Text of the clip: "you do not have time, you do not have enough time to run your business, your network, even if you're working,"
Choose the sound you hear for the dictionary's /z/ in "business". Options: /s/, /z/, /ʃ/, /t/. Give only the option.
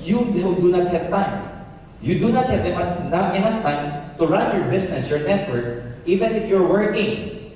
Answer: /s/